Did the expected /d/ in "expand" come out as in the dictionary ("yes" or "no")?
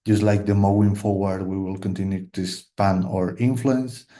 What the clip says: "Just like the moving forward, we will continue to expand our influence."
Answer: no